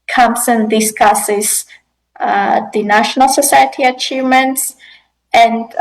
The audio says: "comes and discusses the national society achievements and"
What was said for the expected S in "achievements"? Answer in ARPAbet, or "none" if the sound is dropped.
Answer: S